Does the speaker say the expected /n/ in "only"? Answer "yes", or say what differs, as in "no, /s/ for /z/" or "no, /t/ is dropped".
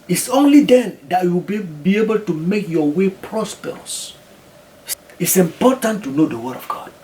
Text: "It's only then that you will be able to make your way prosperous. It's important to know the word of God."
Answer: yes